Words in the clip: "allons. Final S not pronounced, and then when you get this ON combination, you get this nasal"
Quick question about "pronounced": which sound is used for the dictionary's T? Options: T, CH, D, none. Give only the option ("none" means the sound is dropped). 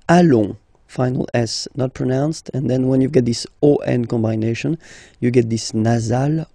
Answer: T